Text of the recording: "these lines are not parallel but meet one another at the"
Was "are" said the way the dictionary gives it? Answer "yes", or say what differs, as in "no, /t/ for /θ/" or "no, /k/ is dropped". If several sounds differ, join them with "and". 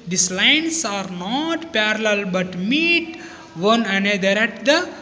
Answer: yes